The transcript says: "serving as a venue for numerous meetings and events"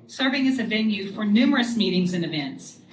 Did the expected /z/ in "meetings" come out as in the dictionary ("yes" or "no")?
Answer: yes